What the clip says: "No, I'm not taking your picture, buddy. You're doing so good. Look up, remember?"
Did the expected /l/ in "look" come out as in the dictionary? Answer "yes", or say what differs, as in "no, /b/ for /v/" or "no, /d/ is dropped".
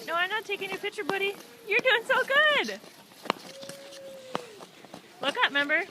yes